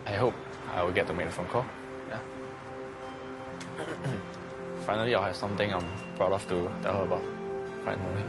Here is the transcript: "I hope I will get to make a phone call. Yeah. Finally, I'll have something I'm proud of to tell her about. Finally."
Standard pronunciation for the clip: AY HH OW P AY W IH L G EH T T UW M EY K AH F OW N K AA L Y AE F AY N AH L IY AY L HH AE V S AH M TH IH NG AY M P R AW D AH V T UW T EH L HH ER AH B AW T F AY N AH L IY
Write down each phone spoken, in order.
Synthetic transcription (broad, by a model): AY HH OW P AY W IH L G EH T T UW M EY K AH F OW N K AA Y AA F AY N AH L IY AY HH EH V S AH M T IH NG AY M B R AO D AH F T UW T EH L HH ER AH B AW T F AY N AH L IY